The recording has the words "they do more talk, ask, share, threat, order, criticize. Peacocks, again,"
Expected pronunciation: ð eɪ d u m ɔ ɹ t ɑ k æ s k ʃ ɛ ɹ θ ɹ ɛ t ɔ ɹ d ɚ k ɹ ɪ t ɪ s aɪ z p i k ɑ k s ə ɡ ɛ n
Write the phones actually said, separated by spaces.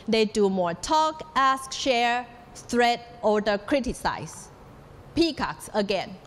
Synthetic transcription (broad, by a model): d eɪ d u m ɔ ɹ t ɑ k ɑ s k ʃ ɛ ɹ s ɹ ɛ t ɔ d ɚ k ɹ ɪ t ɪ s aɪ s p i k ɑ k s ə ɡ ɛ n